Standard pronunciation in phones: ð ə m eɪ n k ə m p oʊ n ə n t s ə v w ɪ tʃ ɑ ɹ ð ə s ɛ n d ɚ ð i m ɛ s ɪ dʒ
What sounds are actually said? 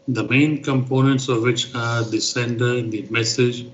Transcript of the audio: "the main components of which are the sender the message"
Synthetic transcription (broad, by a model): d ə m eɪ n k ə m p oʊ n ə n t s ə v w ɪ tʃ ɑ ɹ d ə s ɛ n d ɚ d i m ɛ s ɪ dʒ